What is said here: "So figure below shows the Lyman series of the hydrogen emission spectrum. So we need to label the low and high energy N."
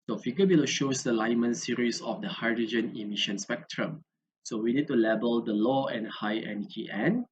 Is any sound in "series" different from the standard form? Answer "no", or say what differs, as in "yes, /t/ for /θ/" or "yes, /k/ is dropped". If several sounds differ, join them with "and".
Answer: yes, /s/ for /z/